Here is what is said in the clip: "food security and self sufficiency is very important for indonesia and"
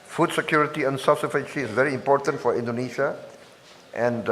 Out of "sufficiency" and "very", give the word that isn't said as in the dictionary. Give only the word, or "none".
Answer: sufficiency